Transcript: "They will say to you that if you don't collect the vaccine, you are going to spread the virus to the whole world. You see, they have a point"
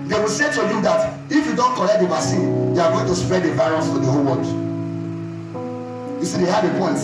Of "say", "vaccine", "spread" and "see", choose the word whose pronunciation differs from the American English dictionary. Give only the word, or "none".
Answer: vaccine